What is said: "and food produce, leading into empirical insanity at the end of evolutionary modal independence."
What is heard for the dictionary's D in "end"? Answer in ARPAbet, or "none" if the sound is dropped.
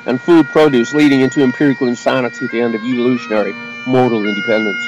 D